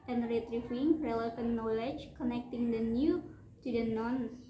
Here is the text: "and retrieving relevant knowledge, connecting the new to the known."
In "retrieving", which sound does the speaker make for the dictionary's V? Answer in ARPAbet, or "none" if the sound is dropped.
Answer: F